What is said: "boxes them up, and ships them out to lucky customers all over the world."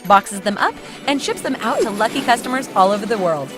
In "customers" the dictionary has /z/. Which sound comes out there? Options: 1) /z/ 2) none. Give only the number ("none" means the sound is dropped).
1